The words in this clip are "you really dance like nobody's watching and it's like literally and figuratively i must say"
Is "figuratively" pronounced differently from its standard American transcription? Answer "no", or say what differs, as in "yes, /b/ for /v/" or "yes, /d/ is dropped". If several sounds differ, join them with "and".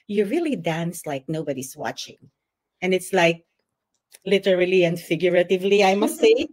no